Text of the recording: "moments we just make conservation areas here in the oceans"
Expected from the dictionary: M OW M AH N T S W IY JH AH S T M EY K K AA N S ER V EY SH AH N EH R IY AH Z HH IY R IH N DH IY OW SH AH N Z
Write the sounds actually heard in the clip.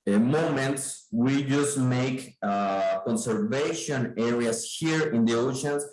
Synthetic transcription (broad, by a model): M OW M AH N T S W IY JH AH S T M EY K K AA N S ER V EY SH AH N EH R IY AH S HH IY R IH N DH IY OW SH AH N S